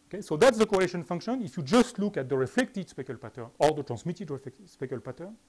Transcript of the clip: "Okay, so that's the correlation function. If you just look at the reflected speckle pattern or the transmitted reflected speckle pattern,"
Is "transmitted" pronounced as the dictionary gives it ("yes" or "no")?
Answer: no